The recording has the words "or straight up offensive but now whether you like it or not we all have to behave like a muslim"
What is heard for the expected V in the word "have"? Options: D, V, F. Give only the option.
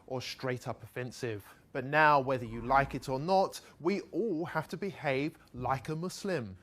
F